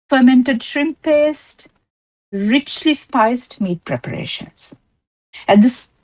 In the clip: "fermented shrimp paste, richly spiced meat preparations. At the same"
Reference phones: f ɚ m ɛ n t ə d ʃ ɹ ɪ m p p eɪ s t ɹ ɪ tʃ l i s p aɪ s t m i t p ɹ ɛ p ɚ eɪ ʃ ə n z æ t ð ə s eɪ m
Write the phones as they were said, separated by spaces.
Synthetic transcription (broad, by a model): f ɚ m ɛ n t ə d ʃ ɹ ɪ m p p eɪ s t ɹ ɪ tʃ l i s p aɪ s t m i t p ɹ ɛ p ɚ eɪ ʃ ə n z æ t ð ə s